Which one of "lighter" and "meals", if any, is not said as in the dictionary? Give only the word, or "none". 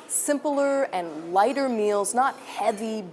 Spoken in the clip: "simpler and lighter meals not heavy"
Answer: none